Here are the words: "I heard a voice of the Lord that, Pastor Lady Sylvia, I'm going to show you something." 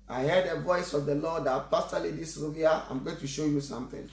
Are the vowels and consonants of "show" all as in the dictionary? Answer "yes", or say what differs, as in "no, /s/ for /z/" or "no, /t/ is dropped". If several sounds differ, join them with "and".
yes